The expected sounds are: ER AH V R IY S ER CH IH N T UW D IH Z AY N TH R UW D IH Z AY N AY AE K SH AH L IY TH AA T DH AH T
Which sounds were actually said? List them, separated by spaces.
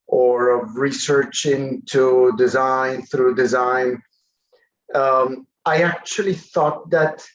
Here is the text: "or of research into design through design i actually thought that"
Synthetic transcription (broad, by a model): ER AH V R IY S ER CH IH N T UW D IH Z AY N TH R UW D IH Z AY N AY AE K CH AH L IY TH AA T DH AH T